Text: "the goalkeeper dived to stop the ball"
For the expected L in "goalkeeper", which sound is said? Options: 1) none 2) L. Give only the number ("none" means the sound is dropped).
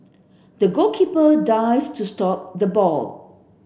1